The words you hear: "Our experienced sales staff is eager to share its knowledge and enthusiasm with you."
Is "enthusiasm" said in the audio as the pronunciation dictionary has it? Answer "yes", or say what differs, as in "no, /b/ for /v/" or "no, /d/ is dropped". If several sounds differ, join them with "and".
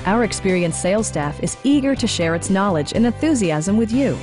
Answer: yes